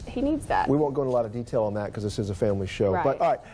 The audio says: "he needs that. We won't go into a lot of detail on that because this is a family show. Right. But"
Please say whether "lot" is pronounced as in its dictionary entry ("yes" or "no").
yes